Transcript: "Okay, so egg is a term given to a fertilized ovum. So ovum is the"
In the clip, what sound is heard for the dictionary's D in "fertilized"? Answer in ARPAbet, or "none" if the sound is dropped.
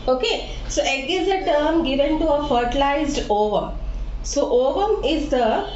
D